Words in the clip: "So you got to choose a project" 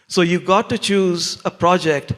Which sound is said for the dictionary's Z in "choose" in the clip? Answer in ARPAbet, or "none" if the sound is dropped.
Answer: Z